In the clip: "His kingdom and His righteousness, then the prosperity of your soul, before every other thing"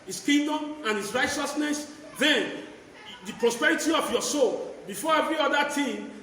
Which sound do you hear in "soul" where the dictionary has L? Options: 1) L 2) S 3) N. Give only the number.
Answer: 1